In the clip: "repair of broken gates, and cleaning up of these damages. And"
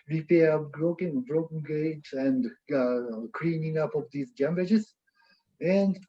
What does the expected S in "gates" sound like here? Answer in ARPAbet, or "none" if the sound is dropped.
none